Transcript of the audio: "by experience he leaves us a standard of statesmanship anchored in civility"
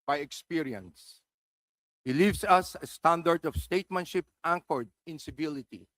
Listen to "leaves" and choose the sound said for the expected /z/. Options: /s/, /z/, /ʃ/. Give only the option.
/s/